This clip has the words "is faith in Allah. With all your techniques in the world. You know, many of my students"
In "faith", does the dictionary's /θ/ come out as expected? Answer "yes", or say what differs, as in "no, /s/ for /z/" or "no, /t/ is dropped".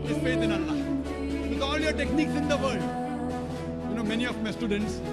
no, /t/ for /θ/